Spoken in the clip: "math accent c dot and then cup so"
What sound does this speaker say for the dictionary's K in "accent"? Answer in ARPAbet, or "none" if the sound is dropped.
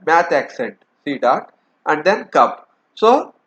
K